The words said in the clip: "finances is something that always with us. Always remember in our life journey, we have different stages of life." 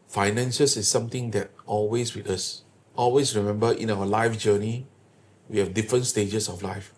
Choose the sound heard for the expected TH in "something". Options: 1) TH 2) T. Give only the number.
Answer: 2